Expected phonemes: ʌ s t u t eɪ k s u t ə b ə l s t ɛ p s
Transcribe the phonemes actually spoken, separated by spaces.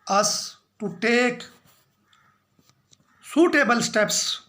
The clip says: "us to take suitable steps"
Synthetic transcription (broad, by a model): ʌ s t u t eɪ k s u t ə b ə l s t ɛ p s